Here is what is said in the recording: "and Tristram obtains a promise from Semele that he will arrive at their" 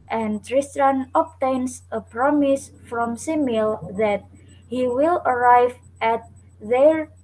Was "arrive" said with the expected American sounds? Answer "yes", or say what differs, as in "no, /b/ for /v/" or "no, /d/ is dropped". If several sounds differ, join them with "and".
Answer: yes